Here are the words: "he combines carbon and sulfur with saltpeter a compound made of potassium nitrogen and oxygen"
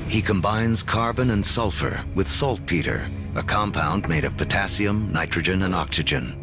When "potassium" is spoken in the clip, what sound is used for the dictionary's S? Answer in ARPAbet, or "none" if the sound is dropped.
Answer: S